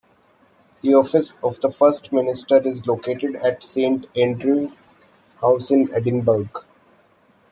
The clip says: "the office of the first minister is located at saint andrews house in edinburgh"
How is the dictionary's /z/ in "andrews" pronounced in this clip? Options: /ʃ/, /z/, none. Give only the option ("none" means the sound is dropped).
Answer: none